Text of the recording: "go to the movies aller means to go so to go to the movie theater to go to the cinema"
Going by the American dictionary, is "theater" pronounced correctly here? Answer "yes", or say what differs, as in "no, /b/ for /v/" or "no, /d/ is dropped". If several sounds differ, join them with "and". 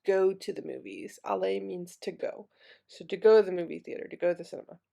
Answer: yes